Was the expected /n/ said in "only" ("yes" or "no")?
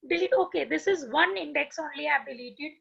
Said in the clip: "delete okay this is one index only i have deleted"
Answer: yes